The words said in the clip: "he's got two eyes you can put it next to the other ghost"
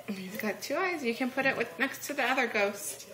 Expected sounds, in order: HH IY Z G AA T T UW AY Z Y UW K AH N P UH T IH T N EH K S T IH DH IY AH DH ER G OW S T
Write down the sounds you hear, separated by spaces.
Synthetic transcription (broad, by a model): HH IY Z G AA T T UW AY Z Y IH K AH N P UH T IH T N EH K S T IH DH IY AH DH ER G OW S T